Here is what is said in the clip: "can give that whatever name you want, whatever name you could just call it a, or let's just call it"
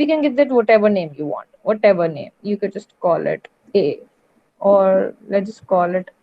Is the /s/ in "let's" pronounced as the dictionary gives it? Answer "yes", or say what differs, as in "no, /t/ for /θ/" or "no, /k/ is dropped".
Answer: no, /s/ is dropped